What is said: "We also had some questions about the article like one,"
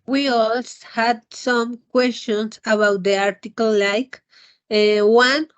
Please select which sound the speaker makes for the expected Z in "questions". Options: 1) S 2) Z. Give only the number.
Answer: 1